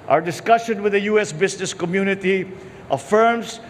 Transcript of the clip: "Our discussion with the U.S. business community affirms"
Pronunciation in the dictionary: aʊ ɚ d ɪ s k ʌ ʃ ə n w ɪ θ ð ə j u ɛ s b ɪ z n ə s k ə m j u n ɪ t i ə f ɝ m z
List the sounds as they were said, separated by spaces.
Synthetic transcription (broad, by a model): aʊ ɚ d ɪ s k ʌ ʃ ə n w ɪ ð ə j u ɛ s b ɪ s n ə s k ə m j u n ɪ t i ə f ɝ m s